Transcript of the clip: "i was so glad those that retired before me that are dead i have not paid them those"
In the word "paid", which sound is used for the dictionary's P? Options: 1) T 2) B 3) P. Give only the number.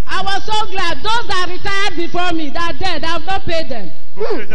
3